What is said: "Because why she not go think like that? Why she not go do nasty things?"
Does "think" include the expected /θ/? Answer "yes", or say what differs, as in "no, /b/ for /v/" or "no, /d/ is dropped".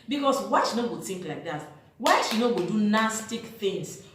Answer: no, /t/ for /θ/